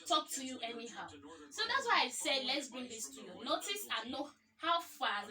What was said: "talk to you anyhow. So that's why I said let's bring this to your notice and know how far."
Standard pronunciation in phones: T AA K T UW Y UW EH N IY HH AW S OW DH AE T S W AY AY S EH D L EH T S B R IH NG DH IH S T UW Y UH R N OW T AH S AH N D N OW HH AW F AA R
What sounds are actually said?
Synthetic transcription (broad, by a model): T AA K T UW Y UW EH N IY HH AW S OW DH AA T S W AY AY S EH D L EH T S B R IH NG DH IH S T UW Y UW N OW T AH S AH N N OW HH AW F AA